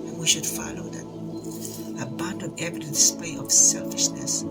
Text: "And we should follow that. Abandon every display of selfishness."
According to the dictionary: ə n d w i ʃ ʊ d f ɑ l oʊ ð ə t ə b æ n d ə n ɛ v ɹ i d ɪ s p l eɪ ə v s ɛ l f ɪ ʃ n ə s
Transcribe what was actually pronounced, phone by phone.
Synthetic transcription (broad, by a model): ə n w i ʃ ʊ d f ɑ l oʊ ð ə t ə b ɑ n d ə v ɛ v i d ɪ s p eɪ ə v s ɛ l f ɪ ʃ n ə s